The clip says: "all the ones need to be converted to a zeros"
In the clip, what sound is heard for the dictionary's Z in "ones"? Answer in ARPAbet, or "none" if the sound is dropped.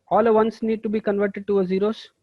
S